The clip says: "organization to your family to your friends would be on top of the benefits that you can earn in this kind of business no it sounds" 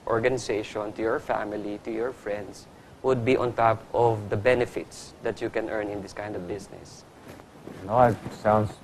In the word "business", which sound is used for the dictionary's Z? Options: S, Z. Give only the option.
S